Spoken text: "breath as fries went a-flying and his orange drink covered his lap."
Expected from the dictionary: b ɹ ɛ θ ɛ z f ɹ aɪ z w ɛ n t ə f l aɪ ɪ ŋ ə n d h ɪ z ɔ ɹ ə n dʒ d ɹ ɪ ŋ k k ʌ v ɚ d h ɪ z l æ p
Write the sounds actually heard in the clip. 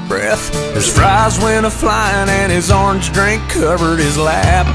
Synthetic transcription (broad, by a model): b ɹ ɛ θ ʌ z f ɹ aɪ z w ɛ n ə f l aɪ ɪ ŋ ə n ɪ z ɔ ɹ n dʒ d ɹ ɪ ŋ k k ʌ v ɚ d ɪ z l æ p